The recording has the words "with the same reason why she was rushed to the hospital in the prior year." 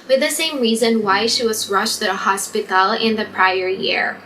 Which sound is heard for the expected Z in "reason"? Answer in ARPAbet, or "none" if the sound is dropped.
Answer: Z